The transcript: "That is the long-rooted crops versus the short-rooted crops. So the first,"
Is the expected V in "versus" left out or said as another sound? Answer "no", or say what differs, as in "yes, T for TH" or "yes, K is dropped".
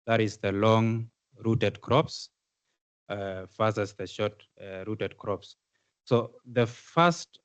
yes, F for V